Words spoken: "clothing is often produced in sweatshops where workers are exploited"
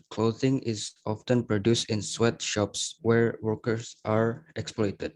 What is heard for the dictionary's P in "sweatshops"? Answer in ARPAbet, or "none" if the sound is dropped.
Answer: P